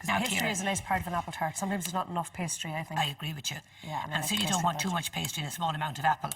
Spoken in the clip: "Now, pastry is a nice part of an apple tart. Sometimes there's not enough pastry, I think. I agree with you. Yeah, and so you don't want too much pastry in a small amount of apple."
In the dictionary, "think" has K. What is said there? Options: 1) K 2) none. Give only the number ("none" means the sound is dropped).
2